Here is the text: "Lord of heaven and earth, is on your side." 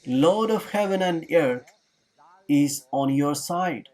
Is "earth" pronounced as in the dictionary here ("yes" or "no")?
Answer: no